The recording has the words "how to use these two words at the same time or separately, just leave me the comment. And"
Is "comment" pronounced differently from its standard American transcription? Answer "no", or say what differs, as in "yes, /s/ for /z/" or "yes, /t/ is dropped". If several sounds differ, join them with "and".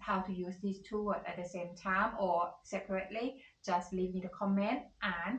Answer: no